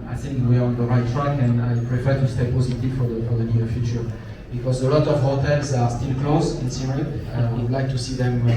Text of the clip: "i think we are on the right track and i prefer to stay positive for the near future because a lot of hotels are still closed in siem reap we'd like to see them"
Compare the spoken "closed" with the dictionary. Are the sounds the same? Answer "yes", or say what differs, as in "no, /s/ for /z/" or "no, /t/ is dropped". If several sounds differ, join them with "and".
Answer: no, /d/ is dropped